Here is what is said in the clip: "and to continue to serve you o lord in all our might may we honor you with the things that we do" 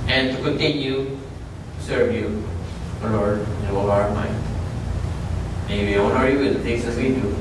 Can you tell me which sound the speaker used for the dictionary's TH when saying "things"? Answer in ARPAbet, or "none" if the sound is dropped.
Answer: S